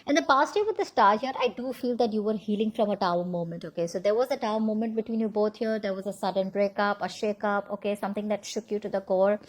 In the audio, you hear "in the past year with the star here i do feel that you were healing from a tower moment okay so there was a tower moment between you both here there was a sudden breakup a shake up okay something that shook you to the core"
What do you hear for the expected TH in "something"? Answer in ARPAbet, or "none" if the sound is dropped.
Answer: T